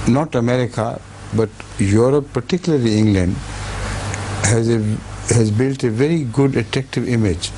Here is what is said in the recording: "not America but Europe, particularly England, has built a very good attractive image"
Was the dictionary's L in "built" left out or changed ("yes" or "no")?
no